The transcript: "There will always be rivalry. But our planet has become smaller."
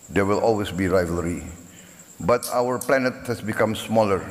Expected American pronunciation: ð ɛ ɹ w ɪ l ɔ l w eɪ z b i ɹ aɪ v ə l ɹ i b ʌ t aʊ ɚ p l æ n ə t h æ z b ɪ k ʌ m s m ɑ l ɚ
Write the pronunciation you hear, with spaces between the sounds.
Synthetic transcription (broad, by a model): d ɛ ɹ w ɪ l ɔ l w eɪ s b i ɹ aɪ v ə l ɹ i b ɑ t aʊ ɚ p l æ n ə t h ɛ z b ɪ k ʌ m s m ɑ l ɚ